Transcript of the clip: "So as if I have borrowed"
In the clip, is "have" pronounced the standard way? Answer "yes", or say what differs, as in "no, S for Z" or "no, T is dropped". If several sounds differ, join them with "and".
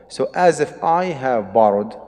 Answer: yes